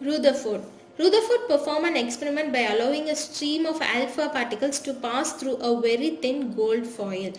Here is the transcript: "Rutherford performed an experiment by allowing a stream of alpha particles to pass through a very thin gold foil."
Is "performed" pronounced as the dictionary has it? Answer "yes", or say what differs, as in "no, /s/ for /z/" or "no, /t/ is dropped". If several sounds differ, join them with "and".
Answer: no, /d/ is dropped